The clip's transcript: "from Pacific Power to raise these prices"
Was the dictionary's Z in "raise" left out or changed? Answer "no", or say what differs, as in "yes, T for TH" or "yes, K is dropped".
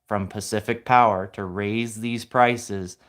no